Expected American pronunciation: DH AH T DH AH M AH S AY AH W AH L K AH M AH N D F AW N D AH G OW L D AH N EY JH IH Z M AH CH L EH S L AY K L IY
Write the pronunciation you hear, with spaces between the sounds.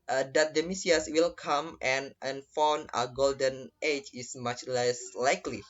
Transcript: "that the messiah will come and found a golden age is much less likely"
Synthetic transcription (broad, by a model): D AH T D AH M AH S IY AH W AH L K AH M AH N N F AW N AH G OW L D AH N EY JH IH S M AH CH L EH S L AY K L IY